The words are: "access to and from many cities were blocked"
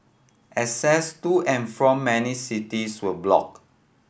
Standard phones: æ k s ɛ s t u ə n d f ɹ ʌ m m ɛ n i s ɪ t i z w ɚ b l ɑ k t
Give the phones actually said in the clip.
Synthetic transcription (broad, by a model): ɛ s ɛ s t u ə n f ɹ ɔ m m ɛ n i s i t i s w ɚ b l ɑ k